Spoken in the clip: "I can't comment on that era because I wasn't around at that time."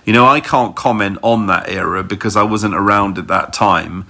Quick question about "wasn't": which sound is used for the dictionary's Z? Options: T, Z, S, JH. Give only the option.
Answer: Z